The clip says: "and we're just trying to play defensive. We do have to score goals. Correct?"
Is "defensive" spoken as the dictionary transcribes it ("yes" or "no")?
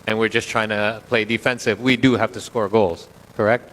yes